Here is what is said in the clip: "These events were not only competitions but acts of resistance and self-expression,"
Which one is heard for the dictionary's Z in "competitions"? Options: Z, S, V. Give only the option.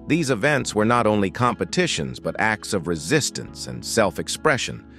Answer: Z